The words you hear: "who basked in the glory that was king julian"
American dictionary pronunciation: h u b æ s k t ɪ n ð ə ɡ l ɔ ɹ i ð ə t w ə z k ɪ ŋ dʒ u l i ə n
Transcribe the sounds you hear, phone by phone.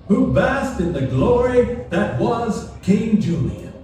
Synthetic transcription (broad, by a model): h u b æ s t ɪ n ð ə ɡ l ɔ ɹ i ð ə t w ə z k ɪ ŋ dʒ u l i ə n